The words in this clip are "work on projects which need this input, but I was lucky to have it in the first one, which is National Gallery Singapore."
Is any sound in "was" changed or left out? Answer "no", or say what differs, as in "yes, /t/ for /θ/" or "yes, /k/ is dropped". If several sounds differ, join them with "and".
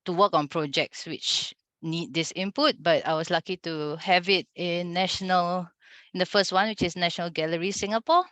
yes, /s/ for /z/